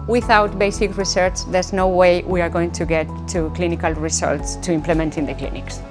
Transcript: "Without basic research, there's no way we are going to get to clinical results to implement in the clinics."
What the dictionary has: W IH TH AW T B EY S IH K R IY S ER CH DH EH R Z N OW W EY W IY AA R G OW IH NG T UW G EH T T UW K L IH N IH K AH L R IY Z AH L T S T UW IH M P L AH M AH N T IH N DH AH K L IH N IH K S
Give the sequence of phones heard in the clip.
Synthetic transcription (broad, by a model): W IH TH AW T B EY S IH K R IY S ER CH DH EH R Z N OW W EY W IY AA R G OW IH NG T UW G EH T T UW K L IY N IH K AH L R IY S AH L T S T UW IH M P L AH M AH N T IH N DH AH K L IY N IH K S